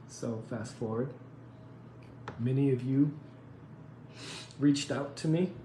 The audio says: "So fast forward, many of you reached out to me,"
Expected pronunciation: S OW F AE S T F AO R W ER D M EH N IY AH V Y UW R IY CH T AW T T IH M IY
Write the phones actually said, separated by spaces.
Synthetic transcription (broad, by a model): S OW F AE S T F AO R W ER D M EH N IY AH V Y UW R IY CH T AW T T IH M IY